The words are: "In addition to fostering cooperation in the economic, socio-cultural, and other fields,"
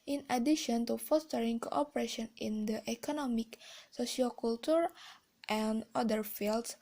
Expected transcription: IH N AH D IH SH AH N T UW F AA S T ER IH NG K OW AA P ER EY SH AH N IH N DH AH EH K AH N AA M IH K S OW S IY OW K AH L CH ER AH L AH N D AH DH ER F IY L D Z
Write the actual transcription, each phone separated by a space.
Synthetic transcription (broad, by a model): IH N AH D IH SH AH N T UW F AA S T ER IH NG K OW AA P ER EY SH AH N IH N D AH EH K AH N AA M IH K S OW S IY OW K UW L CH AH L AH N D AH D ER F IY L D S